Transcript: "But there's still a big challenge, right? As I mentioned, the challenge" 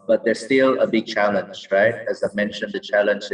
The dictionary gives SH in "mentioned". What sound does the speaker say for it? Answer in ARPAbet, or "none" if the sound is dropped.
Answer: SH